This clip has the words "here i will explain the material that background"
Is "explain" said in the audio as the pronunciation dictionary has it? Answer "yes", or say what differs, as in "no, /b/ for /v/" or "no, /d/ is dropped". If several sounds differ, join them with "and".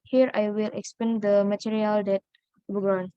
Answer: no, /l/ is dropped